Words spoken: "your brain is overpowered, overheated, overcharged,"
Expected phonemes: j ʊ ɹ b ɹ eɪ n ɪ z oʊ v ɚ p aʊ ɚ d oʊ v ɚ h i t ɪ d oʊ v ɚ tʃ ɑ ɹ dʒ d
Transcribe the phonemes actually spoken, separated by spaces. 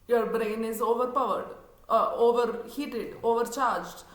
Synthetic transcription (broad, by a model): j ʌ ɹ b ɹ eɪ n ɪ z oʊ v ɚ p aʊ ɚ d oʊ v ɚ h i t ɪ d oʊ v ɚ tʃ ɑ ɹ dʒ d